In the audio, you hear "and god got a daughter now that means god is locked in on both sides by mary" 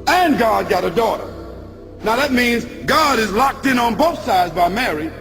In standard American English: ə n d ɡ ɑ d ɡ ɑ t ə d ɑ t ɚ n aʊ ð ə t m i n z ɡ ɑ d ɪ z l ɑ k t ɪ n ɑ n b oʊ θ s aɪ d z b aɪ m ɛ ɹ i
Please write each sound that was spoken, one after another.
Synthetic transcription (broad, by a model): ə n ɡ ɑ d ɡ ɑ t ə d ɑ t ɚ n aʊ ð ə t m i n z ɡ ɑ d ɪ z l ɑ k t ɪ n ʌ n b oʊ θ s aɪ d z b aɪ m ɛ ɹ i